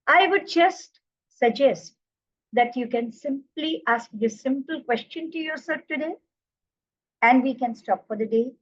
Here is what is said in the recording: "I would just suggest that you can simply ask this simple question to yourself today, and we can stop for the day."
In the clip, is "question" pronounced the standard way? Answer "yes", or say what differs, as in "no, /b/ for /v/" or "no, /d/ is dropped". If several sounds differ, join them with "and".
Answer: yes